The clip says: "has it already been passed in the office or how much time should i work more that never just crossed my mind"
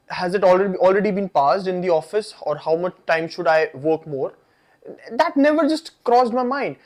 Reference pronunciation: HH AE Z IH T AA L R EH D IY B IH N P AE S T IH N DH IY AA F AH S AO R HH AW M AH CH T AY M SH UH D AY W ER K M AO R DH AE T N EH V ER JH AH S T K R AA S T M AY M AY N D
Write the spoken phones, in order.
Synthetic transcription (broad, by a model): HH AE Z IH T AA L R EH D IY B IH N P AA S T IH N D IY AA F AH S AO R HH AW M AH CH T AY M SH UH D AY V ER K M AO R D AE T N EH V ER JH AH S T K R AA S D M AY M AY N D